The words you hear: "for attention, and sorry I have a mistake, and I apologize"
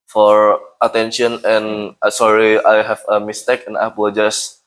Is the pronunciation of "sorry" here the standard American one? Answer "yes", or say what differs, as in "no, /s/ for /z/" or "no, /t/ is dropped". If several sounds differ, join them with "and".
yes